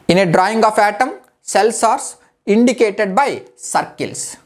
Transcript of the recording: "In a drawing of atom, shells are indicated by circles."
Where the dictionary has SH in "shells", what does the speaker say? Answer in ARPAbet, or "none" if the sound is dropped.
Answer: S